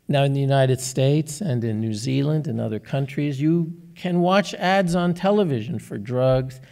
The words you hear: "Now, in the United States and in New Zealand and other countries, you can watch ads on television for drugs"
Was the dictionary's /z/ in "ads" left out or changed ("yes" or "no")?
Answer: no